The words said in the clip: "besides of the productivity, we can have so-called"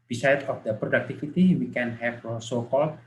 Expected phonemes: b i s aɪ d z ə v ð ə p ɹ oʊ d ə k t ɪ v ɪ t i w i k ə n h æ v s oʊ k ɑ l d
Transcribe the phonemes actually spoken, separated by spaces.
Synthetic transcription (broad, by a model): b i s aɪ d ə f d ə p ɹ oʊ d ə k t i f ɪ t i w i k ə n h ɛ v s oʊ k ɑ l